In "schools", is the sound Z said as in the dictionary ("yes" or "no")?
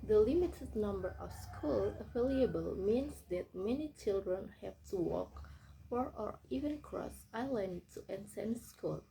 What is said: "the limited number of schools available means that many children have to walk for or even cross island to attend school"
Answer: no